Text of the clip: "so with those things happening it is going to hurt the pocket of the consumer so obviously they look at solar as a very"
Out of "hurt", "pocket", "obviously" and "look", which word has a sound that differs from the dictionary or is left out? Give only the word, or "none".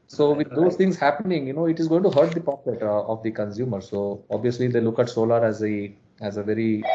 none